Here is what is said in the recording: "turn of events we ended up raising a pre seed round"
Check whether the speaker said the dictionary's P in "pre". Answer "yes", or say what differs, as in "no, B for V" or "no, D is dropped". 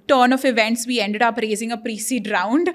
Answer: yes